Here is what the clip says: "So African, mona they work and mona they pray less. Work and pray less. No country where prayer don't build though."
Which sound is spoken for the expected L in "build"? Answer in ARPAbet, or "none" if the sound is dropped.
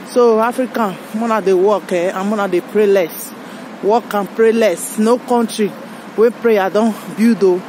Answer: none